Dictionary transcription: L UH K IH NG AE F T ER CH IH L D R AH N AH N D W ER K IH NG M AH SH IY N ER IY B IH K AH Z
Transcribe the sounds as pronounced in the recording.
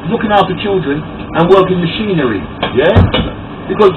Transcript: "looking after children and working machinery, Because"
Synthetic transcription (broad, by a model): L UH K IH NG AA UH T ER CH IH L D R AH N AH N W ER K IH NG M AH SH IY N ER IY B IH K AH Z